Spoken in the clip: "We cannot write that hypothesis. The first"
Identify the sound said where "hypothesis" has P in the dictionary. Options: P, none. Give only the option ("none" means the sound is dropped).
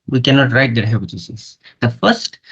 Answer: none